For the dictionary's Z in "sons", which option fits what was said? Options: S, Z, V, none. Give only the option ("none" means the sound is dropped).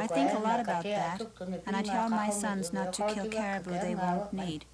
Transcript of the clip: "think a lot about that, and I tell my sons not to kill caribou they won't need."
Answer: Z